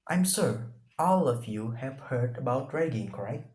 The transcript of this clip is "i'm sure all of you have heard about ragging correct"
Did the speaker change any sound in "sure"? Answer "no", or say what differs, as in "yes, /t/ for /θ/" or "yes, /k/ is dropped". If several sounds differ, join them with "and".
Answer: yes, /s/ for /ʃ/